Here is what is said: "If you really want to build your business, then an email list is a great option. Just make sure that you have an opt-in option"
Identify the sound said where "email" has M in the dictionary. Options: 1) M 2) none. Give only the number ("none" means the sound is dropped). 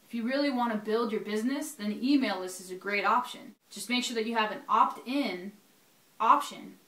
1